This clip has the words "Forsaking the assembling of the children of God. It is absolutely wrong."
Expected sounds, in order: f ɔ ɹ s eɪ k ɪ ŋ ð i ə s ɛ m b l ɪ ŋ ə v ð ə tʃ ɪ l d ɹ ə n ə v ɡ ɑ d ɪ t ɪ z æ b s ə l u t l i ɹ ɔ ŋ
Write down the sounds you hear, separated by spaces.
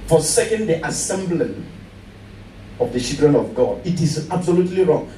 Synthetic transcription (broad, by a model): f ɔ s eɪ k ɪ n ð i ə s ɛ m b l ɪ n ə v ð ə ʃ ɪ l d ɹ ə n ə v ɡ ɑ d ɪ t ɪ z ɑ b s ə l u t l i ɹ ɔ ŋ